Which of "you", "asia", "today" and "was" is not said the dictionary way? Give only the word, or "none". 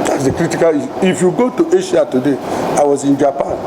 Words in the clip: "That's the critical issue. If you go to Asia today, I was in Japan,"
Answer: asia